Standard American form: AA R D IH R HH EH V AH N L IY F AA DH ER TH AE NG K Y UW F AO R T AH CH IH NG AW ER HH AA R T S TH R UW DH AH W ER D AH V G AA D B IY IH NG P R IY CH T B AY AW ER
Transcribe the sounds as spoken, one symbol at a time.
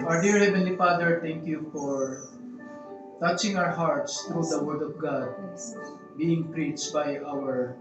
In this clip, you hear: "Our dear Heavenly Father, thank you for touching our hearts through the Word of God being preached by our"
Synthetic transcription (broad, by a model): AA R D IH R HH EH V AH N L IY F AA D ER T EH NG K Y UW F AO R T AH CH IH NG AW ER HH AA R T S T R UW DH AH W ER D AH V G AA D B IY IH NG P R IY CH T B AY AW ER